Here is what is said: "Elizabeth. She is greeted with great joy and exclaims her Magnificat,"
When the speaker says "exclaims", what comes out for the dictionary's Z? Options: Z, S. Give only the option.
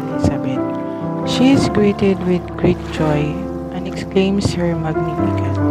S